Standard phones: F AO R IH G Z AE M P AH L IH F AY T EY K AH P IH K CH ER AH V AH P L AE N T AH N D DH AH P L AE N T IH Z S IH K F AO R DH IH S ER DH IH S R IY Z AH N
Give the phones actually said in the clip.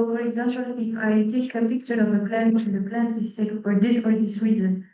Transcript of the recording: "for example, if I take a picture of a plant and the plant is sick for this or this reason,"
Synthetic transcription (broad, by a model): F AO R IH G Z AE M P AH L IH F AY T EY K AH P IH K CH ER AH V AH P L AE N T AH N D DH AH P L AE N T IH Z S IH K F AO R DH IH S ER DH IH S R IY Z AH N